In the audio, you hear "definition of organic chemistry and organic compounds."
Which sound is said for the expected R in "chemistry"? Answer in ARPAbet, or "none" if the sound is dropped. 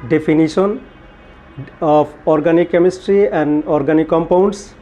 R